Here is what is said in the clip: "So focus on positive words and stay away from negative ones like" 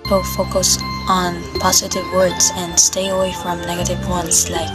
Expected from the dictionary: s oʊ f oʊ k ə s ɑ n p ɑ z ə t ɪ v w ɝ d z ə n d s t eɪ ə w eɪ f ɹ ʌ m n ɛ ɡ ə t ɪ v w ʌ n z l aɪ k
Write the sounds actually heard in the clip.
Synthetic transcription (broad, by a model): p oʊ f oʊ k ə s n p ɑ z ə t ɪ v w ɝ d z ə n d s t eɪ ə w eɪ f ɹ ʌ m n ɛ ɡ ə t ɪ v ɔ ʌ n s l aɪ k